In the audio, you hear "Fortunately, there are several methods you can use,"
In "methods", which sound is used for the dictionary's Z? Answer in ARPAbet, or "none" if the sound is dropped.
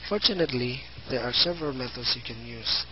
S